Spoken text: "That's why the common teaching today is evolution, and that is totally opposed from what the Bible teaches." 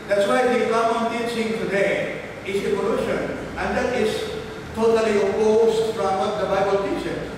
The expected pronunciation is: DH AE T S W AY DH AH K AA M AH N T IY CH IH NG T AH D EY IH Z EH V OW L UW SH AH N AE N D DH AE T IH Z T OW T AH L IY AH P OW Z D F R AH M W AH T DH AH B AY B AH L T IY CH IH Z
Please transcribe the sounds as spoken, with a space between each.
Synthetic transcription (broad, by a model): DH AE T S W AY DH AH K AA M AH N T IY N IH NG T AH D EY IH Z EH P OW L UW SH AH N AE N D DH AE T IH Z T OW T AH L IY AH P OW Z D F R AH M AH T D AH B AY B AH L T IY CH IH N